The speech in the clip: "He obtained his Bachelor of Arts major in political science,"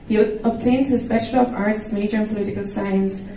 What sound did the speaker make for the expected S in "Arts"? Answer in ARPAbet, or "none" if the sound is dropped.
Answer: S